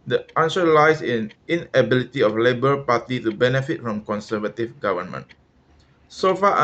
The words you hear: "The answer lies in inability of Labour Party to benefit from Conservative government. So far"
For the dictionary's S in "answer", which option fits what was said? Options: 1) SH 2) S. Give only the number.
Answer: 1